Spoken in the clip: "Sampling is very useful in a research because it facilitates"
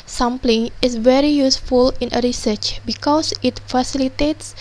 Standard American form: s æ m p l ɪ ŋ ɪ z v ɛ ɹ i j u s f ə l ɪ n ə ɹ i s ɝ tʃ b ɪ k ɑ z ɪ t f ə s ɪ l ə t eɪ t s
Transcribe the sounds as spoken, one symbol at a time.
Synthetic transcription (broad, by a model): s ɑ m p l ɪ ŋ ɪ s v ɛ ɹ i j u s f ə l ɪ n ə ɹ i s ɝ tʃ b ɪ k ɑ s ɪ t f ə s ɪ l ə t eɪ t s